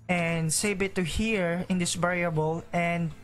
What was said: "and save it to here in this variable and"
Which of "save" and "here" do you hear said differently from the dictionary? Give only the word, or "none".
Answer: save